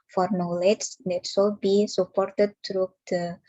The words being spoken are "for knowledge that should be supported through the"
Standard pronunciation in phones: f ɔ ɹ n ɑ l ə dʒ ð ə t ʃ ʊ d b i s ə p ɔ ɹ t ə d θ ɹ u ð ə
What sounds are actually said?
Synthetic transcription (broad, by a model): f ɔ ɹ n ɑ l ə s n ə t s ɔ b i s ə p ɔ ɹ t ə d t ɹ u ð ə